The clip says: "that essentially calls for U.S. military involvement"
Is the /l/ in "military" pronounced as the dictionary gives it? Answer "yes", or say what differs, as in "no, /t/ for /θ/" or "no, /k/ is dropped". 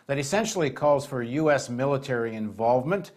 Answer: yes